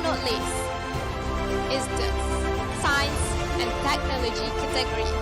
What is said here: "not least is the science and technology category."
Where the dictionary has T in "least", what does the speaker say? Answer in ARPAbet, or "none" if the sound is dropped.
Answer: none